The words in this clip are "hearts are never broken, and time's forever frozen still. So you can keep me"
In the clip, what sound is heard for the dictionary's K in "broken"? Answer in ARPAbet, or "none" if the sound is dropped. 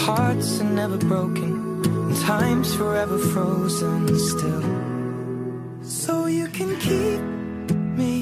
none